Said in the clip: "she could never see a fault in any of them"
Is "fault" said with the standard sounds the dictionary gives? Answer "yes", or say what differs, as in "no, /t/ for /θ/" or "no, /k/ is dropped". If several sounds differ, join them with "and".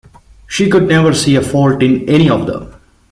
yes